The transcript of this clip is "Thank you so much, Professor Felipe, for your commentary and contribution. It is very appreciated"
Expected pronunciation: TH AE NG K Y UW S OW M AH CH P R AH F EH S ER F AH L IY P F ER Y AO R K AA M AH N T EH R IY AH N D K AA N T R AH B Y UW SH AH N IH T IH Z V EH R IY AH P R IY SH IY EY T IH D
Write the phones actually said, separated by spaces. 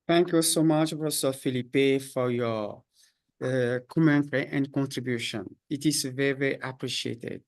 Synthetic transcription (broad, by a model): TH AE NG K Y UW S OW M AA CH B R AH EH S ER F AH L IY P F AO Y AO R K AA M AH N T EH R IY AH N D K AA N T R AH B Y UW SH AH N IH T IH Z V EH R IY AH P R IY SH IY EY T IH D